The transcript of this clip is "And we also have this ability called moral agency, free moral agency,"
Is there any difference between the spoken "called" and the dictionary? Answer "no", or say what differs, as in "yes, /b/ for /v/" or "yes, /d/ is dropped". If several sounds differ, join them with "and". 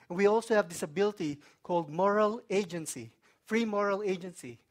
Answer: no